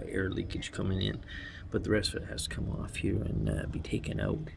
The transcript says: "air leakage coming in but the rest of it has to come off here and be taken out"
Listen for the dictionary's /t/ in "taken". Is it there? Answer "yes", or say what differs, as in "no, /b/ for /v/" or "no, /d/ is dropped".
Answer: yes